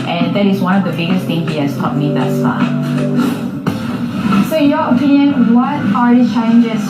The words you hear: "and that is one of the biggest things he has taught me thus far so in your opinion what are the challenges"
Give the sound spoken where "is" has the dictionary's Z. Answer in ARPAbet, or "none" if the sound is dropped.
Z